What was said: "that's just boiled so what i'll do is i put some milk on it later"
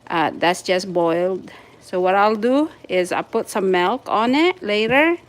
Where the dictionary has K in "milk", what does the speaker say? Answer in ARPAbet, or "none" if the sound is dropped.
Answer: K